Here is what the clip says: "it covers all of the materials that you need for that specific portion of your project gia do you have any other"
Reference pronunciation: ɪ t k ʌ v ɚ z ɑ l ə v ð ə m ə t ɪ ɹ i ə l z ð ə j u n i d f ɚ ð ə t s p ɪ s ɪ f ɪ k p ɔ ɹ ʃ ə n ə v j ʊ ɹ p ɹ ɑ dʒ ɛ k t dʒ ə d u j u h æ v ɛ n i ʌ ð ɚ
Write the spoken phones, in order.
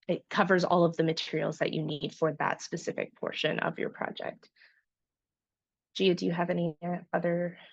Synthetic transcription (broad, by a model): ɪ t k ʌ v ɚ z ɑ l ə v ð ə m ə t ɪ ɹ i l z ð ə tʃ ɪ n i d f ɚ ð ə t s p ɪ s ɪ f ɪ k p ɔ ɹ ʃ ə n ə v j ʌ ɹ p ɹ ɑ dʒ ɛ k t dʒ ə d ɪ j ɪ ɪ v ɛ n i ʌ ð ɚ